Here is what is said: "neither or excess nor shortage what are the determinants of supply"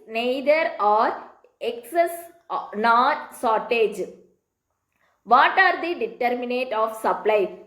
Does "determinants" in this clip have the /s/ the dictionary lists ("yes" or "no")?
no